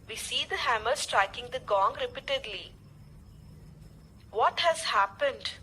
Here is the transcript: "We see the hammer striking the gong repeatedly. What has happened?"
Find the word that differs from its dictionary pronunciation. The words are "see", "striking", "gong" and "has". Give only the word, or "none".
none